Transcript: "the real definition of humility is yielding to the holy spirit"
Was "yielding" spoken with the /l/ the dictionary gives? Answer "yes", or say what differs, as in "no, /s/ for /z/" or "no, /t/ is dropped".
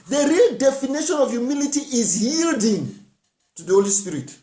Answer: yes